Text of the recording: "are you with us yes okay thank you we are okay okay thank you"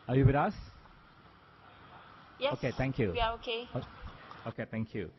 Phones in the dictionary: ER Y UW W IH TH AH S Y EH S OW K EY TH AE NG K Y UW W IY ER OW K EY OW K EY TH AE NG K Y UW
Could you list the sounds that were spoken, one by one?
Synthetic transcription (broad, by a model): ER Y UW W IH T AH S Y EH OW K EY T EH NG K Y UW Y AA OW K EY OW K EY T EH NG K Y UW